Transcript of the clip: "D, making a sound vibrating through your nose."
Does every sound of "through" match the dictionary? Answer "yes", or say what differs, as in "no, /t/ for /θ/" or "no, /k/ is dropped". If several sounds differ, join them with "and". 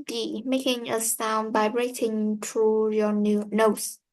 no, /t/ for /θ/